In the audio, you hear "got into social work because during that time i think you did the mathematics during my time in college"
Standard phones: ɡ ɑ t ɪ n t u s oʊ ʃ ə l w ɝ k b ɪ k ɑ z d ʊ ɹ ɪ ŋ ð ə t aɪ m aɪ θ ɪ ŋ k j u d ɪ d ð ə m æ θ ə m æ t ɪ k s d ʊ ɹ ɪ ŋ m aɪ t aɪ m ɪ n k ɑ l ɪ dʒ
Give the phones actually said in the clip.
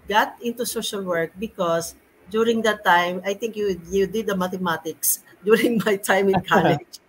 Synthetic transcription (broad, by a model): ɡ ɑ t ɪ n t u s oʊ ʃ ə l w ɝ k b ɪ k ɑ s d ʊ ɹ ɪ ŋ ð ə t aɪ m aɪ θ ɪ ŋ k j u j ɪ d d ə m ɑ t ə m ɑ t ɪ k s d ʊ ɹ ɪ ŋ m aɪ t aɪ m ɪ n k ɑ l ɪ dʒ